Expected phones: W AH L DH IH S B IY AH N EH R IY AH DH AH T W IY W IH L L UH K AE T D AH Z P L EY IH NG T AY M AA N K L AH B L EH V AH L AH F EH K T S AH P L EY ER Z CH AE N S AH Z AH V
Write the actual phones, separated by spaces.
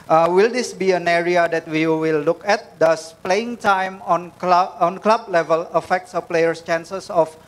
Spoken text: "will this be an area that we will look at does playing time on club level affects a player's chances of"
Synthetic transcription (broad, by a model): W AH L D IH S B IY AH N EH R IY AH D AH T W IY W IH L L UH K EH T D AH S P L EY IH NG T AY M AA N K L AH B L EH V AH L AH F EH K T S AH P L EY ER S CH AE N S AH S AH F